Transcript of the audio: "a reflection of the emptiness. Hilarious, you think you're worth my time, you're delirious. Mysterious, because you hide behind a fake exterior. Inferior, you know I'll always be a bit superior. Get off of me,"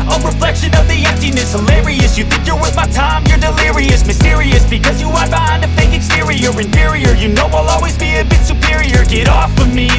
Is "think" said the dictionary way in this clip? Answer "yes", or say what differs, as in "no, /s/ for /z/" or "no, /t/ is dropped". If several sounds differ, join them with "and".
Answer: yes